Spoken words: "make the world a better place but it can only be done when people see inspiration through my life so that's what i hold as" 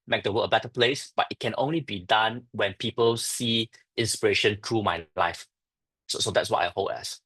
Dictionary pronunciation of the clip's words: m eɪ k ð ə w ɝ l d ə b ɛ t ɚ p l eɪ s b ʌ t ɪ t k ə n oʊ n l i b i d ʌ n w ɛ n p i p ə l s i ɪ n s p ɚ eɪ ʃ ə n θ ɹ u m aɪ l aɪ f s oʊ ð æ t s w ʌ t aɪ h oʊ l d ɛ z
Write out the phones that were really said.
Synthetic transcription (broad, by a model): m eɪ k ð ə w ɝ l ə b ɛ t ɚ p l eɪ s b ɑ t ɪ t k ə n oʊ n l i b i d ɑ n w ɛ n p i p ə l s i ɪ n s p ɚ eɪ ʃ ə n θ ɹ u m aɪ l aɪ f s oʊ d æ t s w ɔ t aɪ h oʊ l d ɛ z